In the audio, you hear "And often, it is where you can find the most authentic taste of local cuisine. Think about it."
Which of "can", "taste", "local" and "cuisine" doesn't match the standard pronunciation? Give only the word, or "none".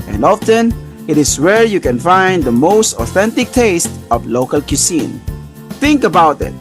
cuisine